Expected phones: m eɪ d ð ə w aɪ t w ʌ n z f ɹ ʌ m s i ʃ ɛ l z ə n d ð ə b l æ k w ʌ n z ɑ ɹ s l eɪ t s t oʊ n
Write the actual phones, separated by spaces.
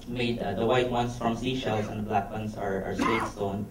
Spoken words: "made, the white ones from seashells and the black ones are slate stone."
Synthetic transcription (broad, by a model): m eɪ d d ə w aɪ t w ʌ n s f ɹ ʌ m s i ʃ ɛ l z ə n d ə b l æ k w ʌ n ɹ ɑ ɹ s w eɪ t s t oʊ n